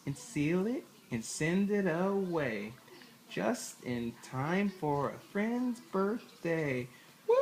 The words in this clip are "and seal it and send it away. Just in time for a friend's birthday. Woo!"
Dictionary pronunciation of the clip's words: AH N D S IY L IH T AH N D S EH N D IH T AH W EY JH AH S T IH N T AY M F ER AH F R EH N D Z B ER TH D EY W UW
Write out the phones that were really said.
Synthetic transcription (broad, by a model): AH N S IY L IH T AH N S EH N D IH T AH W EY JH AH S T IH N T AY M F ER AH F R EH N D Z B ER TH D EY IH